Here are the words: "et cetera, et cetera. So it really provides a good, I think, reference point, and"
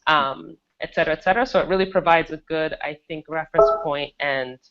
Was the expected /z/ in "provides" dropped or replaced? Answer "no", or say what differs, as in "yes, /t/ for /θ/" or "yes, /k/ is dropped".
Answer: no